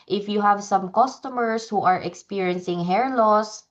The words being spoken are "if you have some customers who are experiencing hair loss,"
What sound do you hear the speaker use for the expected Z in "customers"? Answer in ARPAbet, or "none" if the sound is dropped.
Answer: S